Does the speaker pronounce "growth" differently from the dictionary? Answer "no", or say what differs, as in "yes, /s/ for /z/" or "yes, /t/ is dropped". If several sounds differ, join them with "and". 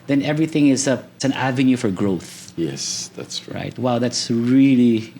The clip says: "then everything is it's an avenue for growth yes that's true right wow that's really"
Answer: no